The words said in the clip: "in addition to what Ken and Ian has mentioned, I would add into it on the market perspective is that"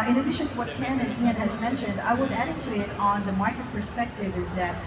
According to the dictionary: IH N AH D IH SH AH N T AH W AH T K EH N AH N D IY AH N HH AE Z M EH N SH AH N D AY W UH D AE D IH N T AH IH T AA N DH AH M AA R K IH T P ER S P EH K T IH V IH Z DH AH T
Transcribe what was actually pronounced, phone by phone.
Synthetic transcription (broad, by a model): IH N AH D IH SH AH N T AH W AH T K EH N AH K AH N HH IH Z M EH N SH AH N D AY W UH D AE D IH T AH IH T N DH AH M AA R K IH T P ER S P EH K T IH V IH Z DH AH T